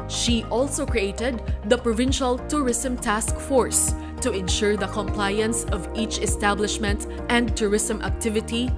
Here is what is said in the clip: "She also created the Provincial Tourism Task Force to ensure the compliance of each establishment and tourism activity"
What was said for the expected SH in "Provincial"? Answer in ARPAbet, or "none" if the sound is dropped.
SH